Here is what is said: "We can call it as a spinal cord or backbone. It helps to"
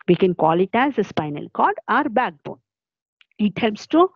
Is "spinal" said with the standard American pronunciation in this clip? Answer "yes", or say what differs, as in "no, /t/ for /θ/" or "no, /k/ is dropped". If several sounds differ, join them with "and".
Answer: yes